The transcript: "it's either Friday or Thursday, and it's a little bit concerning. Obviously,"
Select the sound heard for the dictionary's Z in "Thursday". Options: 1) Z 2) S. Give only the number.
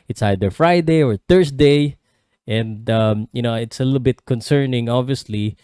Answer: 2